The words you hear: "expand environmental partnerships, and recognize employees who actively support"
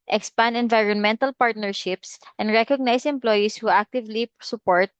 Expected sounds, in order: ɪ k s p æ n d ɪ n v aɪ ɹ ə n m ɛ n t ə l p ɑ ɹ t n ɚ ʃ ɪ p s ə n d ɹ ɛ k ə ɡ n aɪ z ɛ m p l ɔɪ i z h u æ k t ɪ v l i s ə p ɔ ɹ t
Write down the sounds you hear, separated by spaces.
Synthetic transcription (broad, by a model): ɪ k s p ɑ n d ɪ n v aɪ ɹ ə n m ɛ n t ə l p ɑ ɹ t n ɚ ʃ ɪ p s ə n d ɹ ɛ k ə ɡ n aɪ s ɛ m p l ɔɪ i s h u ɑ k t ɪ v l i s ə p ɔ ɹ t